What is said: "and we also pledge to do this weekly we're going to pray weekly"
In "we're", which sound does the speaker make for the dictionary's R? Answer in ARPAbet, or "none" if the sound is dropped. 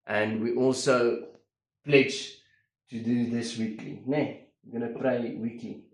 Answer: W